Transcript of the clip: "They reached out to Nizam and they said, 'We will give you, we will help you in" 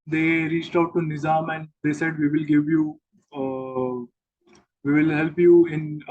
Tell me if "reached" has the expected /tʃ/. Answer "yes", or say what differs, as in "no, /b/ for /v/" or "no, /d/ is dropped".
yes